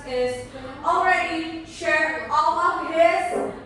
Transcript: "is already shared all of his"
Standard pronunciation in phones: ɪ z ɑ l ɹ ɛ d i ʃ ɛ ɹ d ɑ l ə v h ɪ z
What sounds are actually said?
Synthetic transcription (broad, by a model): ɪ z ɑ l ɹ ɛ d i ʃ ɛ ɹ ɑ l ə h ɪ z